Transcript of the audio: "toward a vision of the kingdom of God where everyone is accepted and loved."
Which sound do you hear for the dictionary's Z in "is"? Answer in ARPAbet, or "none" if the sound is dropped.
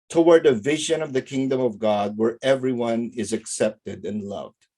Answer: Z